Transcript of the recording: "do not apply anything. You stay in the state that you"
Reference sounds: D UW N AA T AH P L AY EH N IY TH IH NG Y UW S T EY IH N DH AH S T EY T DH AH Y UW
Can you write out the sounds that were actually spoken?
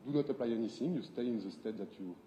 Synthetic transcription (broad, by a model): D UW N AA T AH P L AY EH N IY S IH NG Y UW S T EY IH N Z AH S T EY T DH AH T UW